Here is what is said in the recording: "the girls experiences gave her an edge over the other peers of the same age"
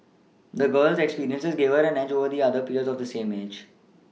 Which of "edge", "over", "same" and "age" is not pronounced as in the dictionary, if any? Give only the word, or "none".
none